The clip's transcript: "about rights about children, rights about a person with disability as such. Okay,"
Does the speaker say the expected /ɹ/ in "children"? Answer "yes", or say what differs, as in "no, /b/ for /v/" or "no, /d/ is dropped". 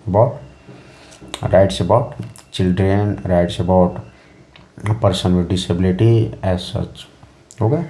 yes